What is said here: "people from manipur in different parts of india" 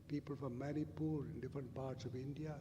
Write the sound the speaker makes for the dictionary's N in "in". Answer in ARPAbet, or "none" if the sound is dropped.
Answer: N